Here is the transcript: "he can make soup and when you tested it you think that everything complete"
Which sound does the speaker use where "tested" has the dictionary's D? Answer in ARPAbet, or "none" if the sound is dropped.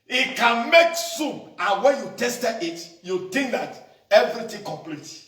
none